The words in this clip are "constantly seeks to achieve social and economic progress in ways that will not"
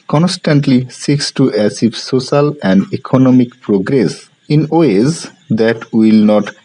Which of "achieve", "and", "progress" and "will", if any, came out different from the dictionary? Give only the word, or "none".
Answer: achieve